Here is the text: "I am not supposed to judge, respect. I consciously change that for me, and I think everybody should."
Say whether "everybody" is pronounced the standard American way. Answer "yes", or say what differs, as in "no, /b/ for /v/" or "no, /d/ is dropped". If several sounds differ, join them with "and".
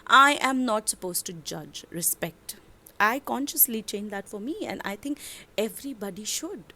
yes